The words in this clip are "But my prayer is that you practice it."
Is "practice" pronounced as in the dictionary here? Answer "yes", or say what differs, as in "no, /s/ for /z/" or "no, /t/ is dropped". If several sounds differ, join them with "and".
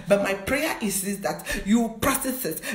no, /k/ is dropped